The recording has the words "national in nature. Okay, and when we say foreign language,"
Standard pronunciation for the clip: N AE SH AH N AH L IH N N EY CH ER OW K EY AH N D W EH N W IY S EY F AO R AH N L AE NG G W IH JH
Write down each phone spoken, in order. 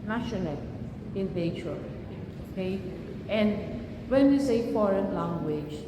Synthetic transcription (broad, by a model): N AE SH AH N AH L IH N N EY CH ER OW K EY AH N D W EH N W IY S EY F AO R AH N L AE NG G W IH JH